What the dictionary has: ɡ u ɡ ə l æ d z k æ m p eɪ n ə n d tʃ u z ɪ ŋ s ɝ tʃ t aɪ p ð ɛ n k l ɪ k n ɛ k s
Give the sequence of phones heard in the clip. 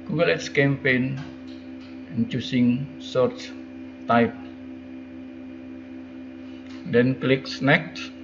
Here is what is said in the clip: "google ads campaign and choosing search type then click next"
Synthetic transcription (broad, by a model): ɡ u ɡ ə l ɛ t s k æ m p eɪ n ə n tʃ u s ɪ ŋ s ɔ s t aɪ p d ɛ n k l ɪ k n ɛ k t